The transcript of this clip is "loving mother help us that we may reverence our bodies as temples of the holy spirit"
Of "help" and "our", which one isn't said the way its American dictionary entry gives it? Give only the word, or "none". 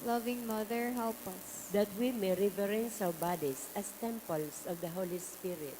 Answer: our